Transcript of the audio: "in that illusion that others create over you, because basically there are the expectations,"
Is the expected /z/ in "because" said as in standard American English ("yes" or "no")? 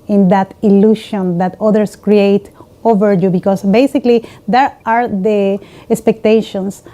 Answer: no